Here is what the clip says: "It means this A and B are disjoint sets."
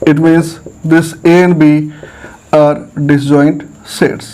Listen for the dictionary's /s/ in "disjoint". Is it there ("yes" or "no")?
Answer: no